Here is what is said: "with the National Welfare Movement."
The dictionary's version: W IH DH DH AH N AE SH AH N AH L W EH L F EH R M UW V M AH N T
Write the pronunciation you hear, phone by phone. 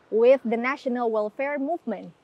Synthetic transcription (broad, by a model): W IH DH DH AH N AE SH AH N AH L W EH L F EH R M UW V M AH N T